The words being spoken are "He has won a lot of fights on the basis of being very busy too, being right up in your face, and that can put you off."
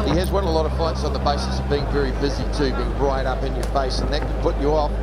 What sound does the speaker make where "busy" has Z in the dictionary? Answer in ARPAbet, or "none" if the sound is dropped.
Z